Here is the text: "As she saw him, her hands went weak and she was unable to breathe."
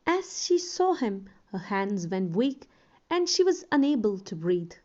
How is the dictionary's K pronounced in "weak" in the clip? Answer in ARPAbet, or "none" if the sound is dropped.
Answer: K